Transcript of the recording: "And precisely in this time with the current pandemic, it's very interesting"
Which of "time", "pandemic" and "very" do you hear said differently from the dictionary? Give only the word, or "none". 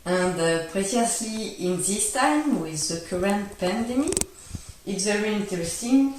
pandemic